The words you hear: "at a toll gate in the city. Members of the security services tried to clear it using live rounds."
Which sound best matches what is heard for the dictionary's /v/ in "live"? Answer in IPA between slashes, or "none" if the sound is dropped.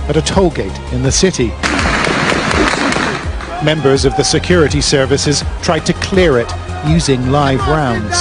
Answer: /v/